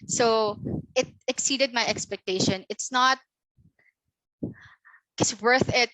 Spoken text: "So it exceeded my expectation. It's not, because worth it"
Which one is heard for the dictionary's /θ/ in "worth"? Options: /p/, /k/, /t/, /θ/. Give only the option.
/θ/